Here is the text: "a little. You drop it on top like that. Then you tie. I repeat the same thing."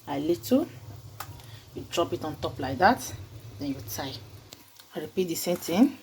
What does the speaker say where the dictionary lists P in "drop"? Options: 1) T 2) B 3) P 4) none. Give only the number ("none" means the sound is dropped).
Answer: 3